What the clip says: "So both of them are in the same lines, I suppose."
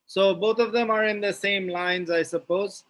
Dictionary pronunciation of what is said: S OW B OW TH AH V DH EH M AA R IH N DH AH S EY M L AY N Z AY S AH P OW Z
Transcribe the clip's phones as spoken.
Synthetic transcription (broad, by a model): S OW B OW T AH V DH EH M AA R IH N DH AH S EY M L AY N Z AY S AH P OW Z